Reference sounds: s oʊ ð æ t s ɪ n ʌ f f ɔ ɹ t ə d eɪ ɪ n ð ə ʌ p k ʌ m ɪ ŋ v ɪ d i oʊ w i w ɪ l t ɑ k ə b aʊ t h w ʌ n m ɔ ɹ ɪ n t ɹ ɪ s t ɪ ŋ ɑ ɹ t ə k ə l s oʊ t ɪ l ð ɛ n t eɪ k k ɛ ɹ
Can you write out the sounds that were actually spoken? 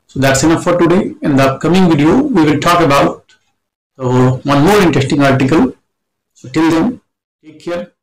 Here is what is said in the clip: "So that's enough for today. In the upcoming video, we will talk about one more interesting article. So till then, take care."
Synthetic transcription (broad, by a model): s oʊ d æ t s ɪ n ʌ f f ɔ ɹ t ə d eɪ ɪ n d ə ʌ k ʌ m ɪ ŋ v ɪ d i oʊ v i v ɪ l t ɑ k ə b aʊ t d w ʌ n m ɔ ɹ ɪ n t ɹ ɪ s t ɪ ŋ ɑ ɹ t ə k ə l s oʊ t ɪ l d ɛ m t eɪ k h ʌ ɹ